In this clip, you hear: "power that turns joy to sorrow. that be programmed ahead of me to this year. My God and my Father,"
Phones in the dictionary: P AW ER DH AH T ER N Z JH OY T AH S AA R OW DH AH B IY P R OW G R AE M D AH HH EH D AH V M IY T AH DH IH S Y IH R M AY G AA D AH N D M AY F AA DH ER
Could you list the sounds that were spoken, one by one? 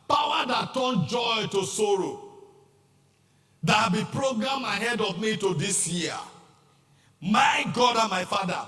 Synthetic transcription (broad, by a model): P AW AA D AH T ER N JH OY T AH S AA R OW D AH B IY P R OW G R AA M AH HH EH D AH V M IY T AH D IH S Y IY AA M AY G AA D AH M AY F AA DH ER